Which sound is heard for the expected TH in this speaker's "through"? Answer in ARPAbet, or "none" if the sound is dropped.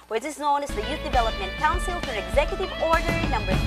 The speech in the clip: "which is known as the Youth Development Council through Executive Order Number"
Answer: F